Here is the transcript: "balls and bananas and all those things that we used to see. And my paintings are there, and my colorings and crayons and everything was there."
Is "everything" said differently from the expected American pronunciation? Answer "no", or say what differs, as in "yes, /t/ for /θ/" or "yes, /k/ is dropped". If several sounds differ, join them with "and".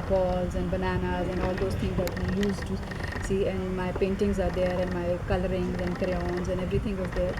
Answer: yes, /t/ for /θ/